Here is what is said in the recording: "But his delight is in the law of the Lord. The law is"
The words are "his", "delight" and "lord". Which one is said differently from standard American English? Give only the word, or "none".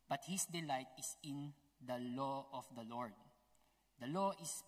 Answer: his